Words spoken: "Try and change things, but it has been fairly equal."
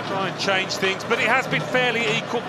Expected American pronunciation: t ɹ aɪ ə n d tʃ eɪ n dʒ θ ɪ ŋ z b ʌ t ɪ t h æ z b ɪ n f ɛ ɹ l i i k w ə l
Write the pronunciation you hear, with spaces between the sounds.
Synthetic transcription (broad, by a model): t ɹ aɪ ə n tʃ eɪ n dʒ θ ɪ ŋ z b ʌ t ɪ t h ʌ z b ɪ n f ɛ l i i k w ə l